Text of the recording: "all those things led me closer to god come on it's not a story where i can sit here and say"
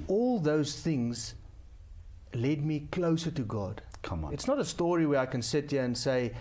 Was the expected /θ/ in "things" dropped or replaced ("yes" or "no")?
no